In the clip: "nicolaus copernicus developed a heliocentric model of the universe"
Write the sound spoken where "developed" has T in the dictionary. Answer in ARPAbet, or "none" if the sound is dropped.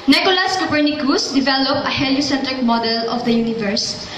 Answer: none